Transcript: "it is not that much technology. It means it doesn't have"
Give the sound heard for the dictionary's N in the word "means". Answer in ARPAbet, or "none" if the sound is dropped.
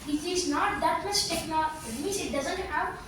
none